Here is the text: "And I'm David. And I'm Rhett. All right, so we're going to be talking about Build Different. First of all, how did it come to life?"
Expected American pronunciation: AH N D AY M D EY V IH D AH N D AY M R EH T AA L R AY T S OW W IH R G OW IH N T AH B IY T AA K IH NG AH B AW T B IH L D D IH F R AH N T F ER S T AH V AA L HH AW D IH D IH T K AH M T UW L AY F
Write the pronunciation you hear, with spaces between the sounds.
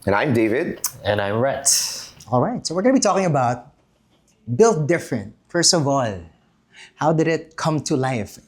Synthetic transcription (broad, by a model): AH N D AY M D EY V IH D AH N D AY M R EH T AA L R AY T S OW W IH R G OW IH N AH B IY T AA K IH NG AH B AW T B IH L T D IH F R AH N T F ER S T AH V AA L HH AW D IH D IH T K AH M T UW L AY F